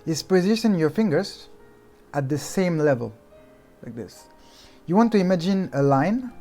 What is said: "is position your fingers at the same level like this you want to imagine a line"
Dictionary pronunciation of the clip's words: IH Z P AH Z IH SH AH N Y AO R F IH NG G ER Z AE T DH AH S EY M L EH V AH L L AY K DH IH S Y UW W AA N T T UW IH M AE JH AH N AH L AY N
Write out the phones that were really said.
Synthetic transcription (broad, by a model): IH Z P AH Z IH S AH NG Y AO R F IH NG G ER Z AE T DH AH S EY M L EH V AH L L AY K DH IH S Y UW W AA N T T UW IH M AE JH AH N AH L AY N